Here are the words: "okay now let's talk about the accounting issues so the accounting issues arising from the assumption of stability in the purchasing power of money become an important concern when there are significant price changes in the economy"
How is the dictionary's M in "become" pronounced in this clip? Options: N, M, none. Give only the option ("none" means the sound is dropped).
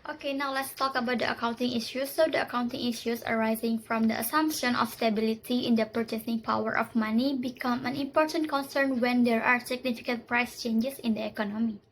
M